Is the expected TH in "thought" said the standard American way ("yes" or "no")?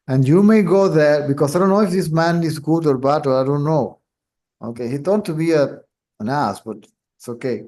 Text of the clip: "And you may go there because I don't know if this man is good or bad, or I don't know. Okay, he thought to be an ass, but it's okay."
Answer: no